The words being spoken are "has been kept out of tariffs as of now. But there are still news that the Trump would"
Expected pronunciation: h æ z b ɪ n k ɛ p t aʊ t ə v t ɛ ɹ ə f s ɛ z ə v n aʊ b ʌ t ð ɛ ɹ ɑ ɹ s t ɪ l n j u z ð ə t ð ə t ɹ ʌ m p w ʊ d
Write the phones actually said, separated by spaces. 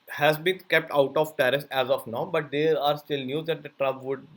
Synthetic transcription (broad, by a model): h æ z b ɪ n k ɛ p t aʊ t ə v t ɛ ɹ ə s ɛ z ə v n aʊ b ʌ t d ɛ ɹ ɑ ɹ s t ɪ l n j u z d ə t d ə t ɹ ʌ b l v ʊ d